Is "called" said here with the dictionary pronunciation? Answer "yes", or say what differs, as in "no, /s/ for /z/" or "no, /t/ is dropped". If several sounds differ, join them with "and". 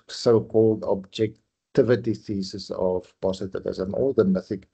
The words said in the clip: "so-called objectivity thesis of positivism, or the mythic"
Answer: yes